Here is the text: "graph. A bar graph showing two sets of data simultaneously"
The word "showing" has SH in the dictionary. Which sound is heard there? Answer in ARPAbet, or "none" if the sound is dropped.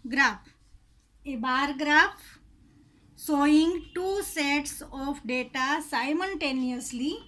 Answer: S